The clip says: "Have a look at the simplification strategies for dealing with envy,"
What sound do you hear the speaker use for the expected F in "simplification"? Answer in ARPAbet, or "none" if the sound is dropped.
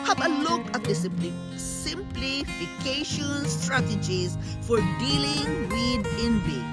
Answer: F